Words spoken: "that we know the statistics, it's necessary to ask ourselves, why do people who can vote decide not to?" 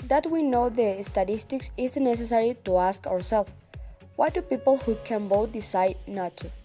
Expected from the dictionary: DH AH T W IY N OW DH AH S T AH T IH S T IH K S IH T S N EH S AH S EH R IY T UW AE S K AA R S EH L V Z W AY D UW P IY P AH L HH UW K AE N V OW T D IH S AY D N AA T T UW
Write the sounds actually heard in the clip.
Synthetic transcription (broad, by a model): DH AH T W IY N OW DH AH S T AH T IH S T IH K S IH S N EH S AH S EH R IY T UW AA S K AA R S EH L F W AY D UW P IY P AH L HH UW K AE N B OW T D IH S AY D N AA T T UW